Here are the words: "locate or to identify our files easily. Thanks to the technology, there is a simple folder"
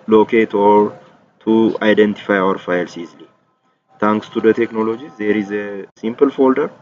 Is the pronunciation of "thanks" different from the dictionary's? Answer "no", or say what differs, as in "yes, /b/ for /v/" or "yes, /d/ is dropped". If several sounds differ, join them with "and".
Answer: yes, /t/ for /θ/